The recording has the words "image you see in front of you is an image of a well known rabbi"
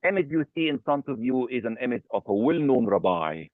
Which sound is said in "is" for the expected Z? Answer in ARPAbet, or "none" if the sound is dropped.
Z